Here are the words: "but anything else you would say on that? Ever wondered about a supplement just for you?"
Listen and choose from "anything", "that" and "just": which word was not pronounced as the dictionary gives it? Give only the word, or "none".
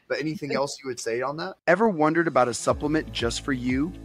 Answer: none